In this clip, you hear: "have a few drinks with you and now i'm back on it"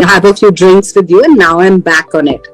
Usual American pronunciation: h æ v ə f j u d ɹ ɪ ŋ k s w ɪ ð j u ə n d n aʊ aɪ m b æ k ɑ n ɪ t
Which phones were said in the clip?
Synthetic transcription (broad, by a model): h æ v ə f j u d ɹ ɪ ŋ k s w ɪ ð j u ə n n aʊ aɪ m b æ k ɑ n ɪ t